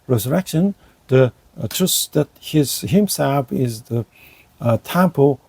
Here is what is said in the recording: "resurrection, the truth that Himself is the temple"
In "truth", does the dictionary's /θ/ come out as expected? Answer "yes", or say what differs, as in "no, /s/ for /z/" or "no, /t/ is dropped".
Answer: no, /s/ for /θ/